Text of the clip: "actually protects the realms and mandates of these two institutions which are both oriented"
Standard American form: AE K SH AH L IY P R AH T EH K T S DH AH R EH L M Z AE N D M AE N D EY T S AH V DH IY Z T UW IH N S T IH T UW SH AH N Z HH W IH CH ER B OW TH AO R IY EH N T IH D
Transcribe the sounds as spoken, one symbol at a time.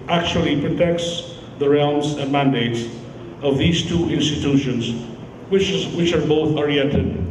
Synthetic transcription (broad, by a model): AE K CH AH L IY P R AH T EH K T S DH AH R EH L M Z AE N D M AE N D EY T S AH V DH IY Z T UW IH N S T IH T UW SH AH N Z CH W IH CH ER B OW TH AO R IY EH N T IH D